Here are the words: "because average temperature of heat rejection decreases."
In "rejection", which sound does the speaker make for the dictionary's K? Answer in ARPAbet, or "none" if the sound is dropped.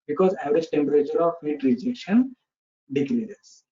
none